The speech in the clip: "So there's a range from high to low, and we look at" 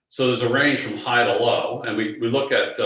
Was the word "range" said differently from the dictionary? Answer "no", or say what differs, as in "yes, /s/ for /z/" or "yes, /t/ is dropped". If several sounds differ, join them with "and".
yes, /ʒ/ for /dʒ/